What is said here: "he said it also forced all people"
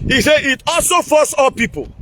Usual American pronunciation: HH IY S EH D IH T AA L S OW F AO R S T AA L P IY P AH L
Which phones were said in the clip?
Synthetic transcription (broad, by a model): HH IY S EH IH T AA L S OW F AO S AA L P IY P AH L